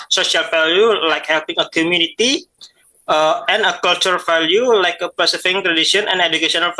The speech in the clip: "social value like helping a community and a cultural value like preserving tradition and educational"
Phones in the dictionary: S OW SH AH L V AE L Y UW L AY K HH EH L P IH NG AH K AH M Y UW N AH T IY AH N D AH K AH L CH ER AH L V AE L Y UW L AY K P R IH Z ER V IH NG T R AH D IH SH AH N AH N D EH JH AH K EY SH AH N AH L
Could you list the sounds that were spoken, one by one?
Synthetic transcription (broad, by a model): S OW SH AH L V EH L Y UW L AY K HH EH L P IH NG AH K AH M Y UW N AH T IY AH N AH K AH L CH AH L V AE L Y UW L AY K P IH S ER F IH NG T R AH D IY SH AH N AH N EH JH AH K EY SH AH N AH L